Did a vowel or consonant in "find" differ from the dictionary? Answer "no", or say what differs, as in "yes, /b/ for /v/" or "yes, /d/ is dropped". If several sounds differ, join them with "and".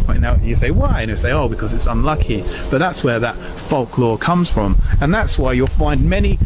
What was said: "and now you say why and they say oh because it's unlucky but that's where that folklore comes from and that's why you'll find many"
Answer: no